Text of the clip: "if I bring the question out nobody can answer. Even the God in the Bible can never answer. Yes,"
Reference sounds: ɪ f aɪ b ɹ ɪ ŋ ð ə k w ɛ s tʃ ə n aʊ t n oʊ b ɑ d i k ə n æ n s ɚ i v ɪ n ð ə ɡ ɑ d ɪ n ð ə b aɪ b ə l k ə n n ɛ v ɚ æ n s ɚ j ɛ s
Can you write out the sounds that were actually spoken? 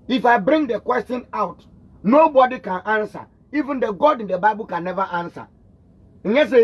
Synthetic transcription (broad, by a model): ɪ f aɪ b ɹ ɪ ŋ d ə k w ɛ s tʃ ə n aʊ t n oʊ b ɑ d i k ə n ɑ n s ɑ i v ɪ n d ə ɡ ɑ d ɪ n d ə b aɪ b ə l k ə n n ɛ v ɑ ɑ n s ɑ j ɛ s